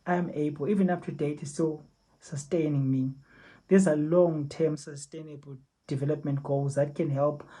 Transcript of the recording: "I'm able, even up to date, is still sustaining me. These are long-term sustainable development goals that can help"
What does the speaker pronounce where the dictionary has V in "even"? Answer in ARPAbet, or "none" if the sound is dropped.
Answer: V